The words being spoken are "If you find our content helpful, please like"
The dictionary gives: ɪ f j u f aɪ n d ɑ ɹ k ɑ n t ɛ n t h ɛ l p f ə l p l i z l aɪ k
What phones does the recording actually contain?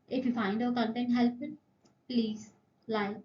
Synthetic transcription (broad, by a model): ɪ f j u f aɪ n d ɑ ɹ k ɑ n t ɛ n t h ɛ l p ə n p l i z l aɪ